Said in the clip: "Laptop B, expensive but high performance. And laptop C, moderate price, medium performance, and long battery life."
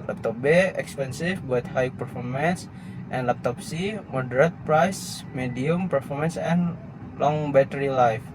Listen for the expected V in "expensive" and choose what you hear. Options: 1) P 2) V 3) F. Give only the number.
3